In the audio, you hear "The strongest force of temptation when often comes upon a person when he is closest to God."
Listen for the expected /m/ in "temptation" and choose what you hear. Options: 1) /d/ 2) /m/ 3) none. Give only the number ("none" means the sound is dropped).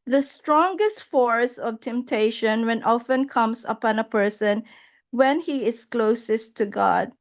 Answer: 2